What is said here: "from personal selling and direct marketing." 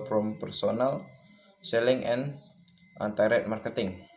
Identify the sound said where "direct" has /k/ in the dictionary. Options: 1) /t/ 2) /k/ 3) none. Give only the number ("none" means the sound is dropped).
3